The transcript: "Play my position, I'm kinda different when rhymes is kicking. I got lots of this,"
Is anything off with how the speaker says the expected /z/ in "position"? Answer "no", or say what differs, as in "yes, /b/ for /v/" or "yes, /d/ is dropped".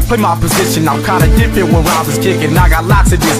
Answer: no